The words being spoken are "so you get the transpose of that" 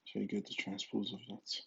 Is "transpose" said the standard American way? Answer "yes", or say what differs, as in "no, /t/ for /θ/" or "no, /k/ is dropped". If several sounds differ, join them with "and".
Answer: yes